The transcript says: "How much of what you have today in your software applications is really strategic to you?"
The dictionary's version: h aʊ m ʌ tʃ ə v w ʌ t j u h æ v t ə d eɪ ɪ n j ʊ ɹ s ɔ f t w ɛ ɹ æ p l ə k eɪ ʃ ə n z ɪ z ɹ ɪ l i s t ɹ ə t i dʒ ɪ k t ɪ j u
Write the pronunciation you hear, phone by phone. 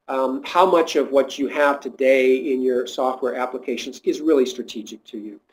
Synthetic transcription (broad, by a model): h aʊ m ʌ tʃ ə v w ʌ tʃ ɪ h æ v t ə d eɪ ɪ n j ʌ ɹ s ɔ f t w ɛ ɹ æ p l ə k eɪ ʃ ə n z ɪ z ɹ ɪ l i s t ɹ ə t i dʒ ɪ k t ɪ j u